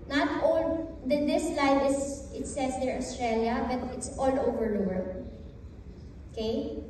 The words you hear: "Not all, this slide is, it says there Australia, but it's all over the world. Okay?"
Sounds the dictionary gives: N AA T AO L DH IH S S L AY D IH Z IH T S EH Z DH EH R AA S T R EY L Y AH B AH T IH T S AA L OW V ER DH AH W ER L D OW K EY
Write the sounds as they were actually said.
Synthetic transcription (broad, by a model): N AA T AO L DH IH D S L AY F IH S IH T S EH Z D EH R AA S T R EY L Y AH B AH T IH T S AA L OW V ER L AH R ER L OW K EY